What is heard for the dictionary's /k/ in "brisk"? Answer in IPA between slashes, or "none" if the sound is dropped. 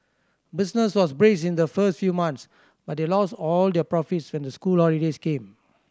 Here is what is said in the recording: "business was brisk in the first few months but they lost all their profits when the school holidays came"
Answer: none